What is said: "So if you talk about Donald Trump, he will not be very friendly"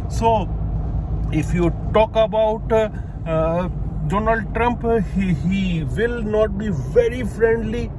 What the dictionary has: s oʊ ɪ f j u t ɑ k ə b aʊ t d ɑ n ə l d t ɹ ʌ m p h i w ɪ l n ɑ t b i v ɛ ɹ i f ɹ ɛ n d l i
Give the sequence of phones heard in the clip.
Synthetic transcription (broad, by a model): s oʊ ɪ f j u t ɑ k ə b aʊ t d ɑ n ə l d t ɹ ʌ m p h i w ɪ l n ɑ t b i v ɛ ɹ i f ɹ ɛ n d l i